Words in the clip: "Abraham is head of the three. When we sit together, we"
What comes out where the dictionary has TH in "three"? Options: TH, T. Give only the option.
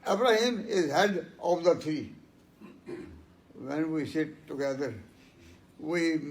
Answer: T